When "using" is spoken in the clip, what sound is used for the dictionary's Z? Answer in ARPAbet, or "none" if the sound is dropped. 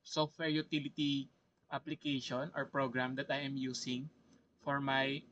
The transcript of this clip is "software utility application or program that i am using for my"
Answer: S